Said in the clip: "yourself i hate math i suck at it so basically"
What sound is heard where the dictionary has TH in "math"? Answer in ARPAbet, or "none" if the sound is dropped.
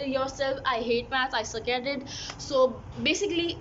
S